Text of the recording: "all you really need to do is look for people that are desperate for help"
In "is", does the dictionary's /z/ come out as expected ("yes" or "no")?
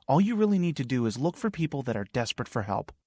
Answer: yes